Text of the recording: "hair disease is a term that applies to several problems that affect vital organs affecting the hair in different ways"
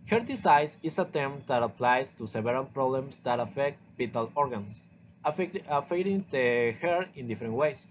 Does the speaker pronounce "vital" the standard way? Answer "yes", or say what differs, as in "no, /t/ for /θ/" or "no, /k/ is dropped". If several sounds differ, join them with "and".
no, /b/ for /v/